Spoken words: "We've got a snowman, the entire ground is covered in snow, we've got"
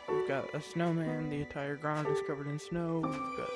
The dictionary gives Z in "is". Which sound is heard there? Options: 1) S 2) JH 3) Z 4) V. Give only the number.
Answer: 1